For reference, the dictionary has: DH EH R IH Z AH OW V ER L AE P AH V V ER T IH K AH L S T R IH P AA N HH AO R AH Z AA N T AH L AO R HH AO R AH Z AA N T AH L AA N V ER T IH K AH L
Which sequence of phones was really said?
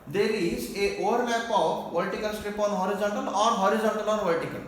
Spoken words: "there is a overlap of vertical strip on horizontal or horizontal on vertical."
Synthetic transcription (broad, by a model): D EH R IH Z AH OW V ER N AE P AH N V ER T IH K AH L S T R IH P AA N HH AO R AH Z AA N T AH L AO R HH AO R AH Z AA N T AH L AA N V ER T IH K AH L